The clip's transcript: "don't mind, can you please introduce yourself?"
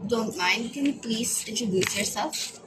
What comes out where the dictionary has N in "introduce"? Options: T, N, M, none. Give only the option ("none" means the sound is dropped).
none